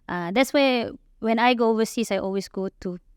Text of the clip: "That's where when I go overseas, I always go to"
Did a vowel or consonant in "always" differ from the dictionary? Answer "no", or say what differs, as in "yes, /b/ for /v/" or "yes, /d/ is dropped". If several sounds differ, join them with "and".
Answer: yes, /s/ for /z/